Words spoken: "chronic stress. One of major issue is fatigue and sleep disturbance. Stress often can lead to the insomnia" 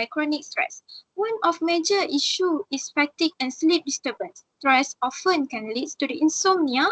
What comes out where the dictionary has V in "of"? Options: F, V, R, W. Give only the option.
F